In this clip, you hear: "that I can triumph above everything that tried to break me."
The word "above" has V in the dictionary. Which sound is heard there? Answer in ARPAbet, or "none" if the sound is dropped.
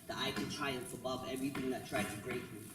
V